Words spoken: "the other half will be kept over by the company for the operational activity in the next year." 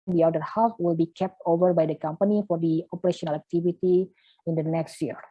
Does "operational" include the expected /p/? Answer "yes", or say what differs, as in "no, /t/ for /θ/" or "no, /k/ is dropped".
yes